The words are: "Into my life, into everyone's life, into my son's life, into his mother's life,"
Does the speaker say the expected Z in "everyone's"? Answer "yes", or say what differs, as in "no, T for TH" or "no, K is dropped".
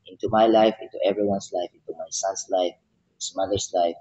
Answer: no, S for Z